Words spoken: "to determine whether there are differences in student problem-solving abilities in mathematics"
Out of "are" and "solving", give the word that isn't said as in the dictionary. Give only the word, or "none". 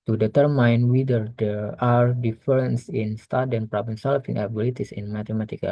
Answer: solving